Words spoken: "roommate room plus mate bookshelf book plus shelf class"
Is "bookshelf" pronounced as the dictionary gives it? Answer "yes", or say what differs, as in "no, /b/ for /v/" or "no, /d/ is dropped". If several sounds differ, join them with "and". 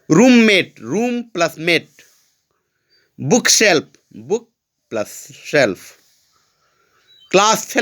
no, /p/ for /f/